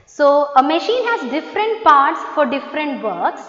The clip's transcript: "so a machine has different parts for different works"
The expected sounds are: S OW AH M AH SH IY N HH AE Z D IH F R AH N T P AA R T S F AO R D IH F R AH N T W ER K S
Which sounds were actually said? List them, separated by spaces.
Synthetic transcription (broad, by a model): S OW AH M AH SH IY N HH AE Z D IH F R AH N T P AA R T S F AO R D IH F R AH N T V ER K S